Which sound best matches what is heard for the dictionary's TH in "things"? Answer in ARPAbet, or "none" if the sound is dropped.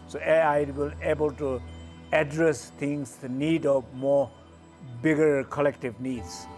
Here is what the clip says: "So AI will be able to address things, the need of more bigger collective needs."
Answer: T